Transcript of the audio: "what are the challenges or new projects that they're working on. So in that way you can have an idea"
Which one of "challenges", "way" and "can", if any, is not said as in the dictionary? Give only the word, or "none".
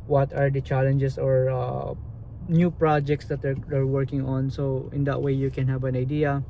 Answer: challenges